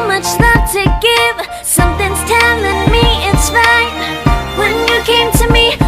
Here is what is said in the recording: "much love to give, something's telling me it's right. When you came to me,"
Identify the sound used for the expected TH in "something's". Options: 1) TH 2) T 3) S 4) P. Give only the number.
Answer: 1